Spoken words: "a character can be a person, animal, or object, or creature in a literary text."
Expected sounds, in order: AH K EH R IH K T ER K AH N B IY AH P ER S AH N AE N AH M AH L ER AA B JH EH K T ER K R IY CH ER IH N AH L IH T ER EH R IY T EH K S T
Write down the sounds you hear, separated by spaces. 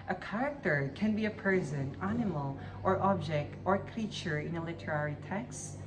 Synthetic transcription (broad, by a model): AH K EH R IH K T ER K AH N B IY AH P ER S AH N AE N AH M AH L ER AA B JH EH K T ER K R IY CH ER IH N AH L IH T ER EH R IY T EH K S T